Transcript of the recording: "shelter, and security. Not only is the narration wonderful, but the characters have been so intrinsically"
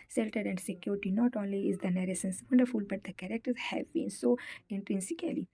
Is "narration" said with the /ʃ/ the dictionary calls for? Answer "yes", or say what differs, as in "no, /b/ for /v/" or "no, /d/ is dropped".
no, /s/ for /ʃ/